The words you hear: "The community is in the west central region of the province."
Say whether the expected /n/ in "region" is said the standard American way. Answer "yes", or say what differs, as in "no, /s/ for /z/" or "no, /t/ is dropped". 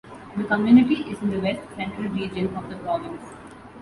yes